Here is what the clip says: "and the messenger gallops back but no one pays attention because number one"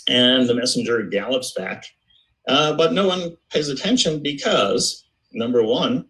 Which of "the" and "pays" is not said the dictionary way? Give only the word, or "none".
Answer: none